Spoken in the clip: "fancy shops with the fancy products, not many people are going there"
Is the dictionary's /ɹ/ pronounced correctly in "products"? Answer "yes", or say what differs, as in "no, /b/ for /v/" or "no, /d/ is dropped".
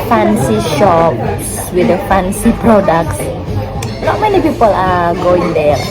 yes